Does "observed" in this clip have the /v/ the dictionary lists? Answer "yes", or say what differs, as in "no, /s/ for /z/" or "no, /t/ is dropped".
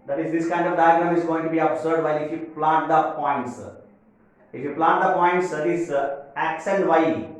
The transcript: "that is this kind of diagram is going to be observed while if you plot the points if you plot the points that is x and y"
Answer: no, /v/ is dropped